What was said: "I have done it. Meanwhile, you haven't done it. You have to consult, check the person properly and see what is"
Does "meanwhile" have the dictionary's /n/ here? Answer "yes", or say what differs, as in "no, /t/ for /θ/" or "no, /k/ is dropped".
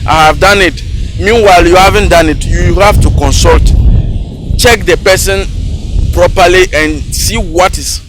yes